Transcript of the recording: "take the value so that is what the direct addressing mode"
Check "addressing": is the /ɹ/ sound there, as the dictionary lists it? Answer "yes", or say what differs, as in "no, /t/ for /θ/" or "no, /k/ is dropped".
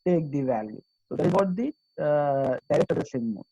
no, /ɹ/ is dropped